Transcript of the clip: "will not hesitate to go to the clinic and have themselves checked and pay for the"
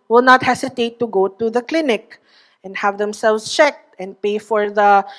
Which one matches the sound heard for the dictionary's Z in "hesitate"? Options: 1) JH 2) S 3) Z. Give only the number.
2